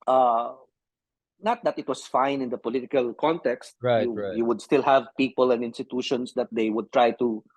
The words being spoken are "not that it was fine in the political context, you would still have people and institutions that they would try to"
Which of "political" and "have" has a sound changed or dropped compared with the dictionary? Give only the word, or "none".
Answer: none